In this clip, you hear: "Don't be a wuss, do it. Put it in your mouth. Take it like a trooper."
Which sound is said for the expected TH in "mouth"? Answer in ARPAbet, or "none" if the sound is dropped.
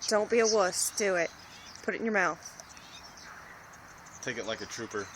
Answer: TH